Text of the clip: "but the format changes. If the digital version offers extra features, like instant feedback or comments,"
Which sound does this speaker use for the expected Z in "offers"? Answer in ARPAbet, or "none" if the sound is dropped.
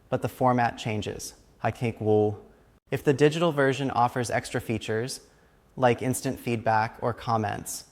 Z